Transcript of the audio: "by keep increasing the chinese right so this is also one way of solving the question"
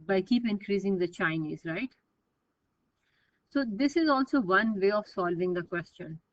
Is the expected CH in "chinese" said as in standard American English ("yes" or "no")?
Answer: yes